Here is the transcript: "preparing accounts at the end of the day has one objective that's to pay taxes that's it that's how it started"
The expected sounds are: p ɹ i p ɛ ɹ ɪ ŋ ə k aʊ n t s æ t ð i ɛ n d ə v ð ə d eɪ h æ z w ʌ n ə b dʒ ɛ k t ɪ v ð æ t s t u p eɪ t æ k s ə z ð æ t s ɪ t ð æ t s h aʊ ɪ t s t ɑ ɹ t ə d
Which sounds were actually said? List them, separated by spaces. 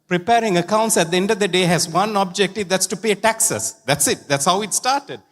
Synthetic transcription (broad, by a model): p ɹ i p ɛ ɹ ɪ ŋ ə k aʊ n t s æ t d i ɛ n d ə v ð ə d eɪ h æ z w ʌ n ə b dʒ ɛ k t ɪ v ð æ t s t u p eɪ t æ k s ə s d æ t s ɪ t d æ t s h aʊ ɪ t s t ɑ ɹ t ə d